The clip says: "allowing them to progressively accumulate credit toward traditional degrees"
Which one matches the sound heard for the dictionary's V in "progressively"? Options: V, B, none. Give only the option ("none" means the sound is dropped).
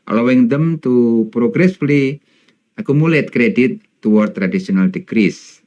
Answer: none